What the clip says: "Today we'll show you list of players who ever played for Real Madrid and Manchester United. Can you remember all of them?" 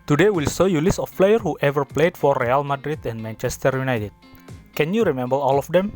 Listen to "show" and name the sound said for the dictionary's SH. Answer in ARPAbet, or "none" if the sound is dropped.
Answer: S